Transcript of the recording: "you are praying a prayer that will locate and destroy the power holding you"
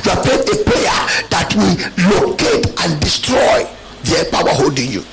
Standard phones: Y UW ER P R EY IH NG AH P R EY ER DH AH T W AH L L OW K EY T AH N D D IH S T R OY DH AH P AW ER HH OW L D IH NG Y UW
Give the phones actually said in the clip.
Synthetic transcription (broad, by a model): Y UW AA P EY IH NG AH P EY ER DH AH T W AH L L OW K EY T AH N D D IH S T R OY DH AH P AW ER HH OW L D IH NG Y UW